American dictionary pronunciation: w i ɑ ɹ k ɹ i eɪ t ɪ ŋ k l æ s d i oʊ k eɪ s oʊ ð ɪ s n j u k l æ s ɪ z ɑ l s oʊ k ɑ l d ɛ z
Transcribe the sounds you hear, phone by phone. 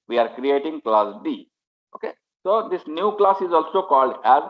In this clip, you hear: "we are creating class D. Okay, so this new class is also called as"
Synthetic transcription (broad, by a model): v i ɑ ɹ k ɹ i eɪ t ɪ ŋ k l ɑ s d i oʊ k eɪ s oʊ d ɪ s n j u k l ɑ s ɪ z ɑ l s oʊ k ɑ l d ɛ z